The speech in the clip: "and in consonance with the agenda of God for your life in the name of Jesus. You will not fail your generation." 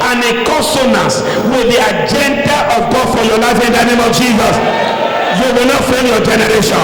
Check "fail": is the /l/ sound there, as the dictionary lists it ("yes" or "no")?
no